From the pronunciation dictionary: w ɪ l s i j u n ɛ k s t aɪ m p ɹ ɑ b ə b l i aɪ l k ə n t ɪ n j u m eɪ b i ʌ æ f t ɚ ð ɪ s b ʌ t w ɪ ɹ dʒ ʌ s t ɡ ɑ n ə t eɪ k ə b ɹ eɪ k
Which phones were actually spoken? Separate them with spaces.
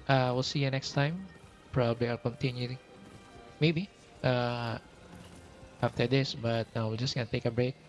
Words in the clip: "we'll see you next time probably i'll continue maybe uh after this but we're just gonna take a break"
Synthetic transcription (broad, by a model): w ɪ l s i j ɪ n ɛ k s t aɪ m p ɹ ɑ b ə b l i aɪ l k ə n t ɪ n j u m eɪ b i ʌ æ f t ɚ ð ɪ s b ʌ t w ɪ l dʒ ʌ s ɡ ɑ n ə t eɪ k ə b ɹ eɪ k